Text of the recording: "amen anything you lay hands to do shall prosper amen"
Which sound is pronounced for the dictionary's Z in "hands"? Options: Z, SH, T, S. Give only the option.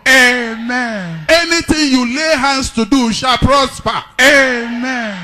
S